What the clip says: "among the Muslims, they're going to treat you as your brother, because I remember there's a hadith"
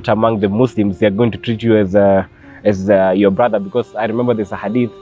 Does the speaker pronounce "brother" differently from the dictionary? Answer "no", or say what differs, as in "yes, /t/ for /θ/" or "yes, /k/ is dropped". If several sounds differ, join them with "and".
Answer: no